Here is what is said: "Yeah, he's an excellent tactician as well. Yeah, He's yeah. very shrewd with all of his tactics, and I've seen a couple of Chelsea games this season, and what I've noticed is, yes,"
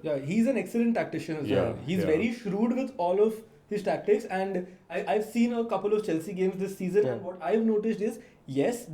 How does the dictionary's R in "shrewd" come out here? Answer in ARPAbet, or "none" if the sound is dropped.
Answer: R